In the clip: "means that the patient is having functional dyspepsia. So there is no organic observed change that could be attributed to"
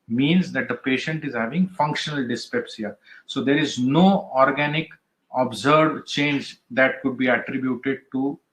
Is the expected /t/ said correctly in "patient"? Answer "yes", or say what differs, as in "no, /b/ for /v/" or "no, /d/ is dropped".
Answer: yes